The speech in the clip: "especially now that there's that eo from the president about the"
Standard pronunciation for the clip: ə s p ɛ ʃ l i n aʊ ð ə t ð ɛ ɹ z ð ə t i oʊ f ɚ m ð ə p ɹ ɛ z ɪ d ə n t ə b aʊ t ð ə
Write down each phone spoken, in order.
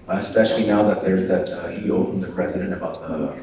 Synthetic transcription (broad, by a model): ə s p ɛ ʃ l i n aʊ ð ə t ð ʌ ɹ z ð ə t i oʊ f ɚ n ð ə p ɹ ɛ z ɪ d ə n t ə b aʊ t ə